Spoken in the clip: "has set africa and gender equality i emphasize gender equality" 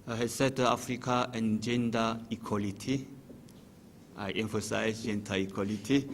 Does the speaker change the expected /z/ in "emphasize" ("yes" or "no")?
yes